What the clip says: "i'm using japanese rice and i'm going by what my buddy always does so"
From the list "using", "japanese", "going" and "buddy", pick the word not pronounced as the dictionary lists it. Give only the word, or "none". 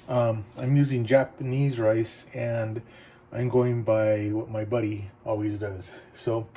none